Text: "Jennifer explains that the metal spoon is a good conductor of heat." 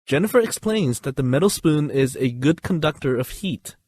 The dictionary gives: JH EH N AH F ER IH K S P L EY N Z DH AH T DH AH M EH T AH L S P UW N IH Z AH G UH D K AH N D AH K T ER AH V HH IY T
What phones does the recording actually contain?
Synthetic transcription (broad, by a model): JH EH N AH F ER IH K S P L EY N Z DH AH T DH AH M EH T L S P UW N IH Z AH G UH D K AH N D AH K T ER AH V HH IY T